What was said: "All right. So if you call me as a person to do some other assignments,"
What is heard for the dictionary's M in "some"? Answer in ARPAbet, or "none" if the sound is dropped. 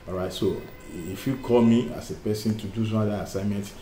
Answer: none